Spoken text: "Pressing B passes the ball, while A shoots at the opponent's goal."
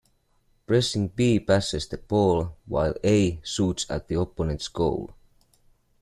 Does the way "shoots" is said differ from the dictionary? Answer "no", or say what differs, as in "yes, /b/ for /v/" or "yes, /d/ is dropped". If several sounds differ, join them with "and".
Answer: yes, /s/ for /ʃ/